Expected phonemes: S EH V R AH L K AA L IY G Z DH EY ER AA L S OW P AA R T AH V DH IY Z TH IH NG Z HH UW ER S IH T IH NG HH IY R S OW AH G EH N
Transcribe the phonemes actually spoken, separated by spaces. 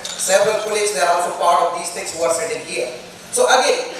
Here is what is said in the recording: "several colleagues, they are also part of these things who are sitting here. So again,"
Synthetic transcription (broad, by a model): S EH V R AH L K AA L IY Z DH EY ER AA L S OW F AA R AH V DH IY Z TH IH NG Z HH UW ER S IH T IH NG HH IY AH S OW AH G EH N